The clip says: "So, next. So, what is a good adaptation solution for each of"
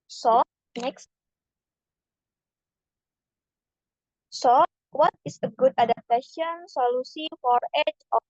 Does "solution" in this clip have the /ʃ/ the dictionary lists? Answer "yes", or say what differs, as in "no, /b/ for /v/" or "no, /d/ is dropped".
no, /s/ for /ʃ/